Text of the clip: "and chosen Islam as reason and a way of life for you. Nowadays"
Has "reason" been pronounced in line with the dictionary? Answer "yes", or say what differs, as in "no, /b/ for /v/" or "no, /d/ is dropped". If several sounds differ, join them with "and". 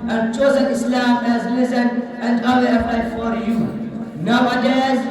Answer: no, /l/ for /ɹ/